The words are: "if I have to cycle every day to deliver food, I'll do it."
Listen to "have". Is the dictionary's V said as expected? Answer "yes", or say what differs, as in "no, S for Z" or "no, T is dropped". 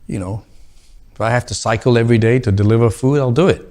no, F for V